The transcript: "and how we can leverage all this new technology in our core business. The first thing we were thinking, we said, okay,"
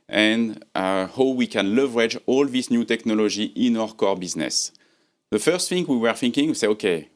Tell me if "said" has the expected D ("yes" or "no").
no